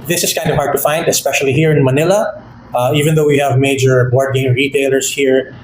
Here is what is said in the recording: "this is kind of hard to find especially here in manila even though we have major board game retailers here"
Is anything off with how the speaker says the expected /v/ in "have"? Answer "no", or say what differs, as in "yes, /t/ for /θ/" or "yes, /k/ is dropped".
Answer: no